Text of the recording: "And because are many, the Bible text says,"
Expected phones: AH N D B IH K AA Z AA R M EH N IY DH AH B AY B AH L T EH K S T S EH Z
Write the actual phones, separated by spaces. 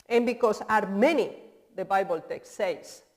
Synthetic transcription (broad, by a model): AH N B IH K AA S AA R M EH N IY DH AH B AY B AH L T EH K S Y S